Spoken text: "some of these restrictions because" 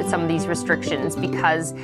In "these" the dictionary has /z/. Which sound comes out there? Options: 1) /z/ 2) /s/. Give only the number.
1